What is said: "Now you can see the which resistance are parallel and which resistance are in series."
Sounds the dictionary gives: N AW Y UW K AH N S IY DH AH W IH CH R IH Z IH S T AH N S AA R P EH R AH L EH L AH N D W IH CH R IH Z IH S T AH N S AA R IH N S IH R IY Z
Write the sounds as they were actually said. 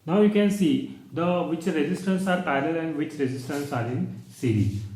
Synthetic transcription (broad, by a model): N AW Y UW K AH N S IY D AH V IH CH R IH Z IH S T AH N S AA R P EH AH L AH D AH N D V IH CH R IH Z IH S T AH N S AA R IH N S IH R IY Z